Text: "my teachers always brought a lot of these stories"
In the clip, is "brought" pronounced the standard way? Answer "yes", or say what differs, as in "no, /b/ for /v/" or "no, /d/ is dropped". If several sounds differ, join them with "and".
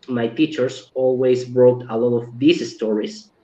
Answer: yes